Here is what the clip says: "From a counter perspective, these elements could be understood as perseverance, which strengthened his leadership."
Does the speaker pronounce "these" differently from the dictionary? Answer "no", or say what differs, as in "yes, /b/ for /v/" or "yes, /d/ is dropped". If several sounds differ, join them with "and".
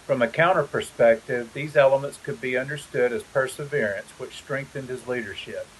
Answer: no